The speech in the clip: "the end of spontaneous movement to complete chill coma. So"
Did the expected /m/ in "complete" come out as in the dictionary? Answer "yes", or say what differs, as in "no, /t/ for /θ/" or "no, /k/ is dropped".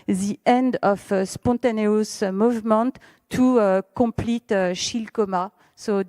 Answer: no, /m/ is dropped